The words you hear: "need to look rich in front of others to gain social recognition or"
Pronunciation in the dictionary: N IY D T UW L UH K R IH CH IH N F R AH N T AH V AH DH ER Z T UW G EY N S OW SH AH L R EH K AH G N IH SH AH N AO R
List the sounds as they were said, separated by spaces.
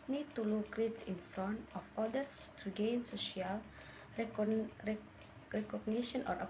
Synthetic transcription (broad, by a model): N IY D T UW L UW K R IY S IH N F R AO N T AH F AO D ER S T UW G EY N S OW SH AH L R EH K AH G N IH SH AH N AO R